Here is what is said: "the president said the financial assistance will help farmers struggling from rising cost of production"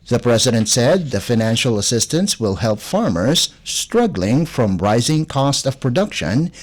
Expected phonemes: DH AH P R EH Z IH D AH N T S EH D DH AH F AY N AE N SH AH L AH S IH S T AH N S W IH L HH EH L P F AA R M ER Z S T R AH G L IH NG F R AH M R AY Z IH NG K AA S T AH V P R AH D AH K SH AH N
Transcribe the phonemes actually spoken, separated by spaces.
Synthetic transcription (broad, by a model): DH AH P R EH Z IH D AH N T S EH D DH AH F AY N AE N SH L AH S IH S T AH N S W IH L HH EH L P F AA R M ER Z S T R AH G L IH NG F R AH M R AY Z IH NG K AA S T AH V P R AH D AH K SH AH N